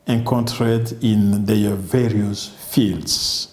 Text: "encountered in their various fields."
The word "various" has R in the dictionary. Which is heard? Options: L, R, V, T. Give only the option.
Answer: R